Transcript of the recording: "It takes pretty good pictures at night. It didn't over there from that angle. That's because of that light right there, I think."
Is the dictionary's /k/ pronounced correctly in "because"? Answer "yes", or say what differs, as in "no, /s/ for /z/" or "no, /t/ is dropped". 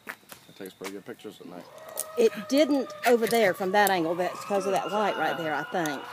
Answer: no, /k/ is dropped